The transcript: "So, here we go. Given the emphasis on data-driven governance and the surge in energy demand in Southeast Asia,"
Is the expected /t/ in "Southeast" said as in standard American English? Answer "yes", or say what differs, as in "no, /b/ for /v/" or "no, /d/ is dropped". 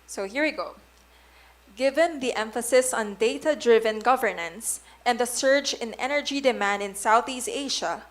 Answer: yes